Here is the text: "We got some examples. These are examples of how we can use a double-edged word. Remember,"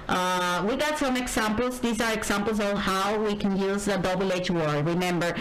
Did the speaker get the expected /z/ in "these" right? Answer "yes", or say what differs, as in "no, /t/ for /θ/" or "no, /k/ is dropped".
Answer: yes